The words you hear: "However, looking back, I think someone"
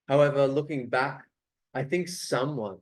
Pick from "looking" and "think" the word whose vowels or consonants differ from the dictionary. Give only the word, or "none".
none